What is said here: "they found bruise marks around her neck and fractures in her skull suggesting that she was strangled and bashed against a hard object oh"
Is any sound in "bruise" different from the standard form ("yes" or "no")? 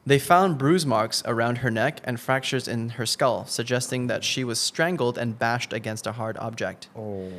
no